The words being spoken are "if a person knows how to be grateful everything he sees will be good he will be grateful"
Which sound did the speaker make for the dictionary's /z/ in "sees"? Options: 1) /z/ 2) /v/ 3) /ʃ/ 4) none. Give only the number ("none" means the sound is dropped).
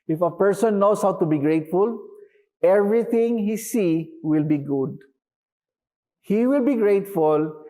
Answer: 4